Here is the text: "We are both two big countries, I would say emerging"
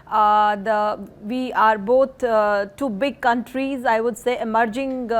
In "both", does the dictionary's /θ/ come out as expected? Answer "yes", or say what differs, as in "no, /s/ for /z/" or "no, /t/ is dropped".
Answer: no, /t/ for /θ/